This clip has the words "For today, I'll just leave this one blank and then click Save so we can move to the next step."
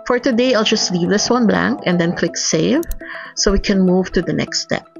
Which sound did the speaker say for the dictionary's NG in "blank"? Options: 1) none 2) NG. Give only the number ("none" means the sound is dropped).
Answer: 2